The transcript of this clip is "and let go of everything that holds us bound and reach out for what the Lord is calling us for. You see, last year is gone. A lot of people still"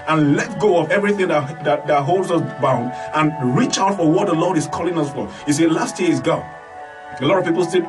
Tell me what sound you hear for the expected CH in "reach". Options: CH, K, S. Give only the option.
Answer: CH